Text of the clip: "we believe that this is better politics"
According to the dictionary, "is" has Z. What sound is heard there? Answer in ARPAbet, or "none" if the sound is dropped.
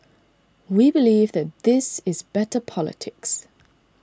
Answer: Z